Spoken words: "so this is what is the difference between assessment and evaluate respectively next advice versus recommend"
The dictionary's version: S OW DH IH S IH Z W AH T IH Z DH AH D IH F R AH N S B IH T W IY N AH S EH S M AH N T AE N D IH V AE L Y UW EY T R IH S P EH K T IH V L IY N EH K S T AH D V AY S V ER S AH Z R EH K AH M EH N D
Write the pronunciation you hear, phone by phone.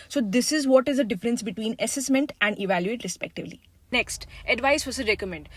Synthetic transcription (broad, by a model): S OW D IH S IH Z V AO T IH Z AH D IH F R AH N S B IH T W IY N AH S EH S M AH N T AE N D IH V AE L Y UW EY T R IH S P EH K T IH V L IY N EH K S T AH D V AY S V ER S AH R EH K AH M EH N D